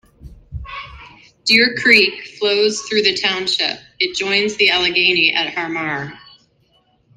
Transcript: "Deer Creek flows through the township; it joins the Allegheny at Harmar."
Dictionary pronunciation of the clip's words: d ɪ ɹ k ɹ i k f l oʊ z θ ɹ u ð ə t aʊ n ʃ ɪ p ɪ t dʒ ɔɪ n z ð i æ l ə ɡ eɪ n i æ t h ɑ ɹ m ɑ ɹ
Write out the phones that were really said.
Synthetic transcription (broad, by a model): d ɪ ɹ k ɹ i k f l oʊ z θ ɹ u ð ə t aʊ n ʃ ɪ p ɪ t dʒ ɔɪ n z ð i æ l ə ɡ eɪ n i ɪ t h ɑ ɹ m ɑ ɹ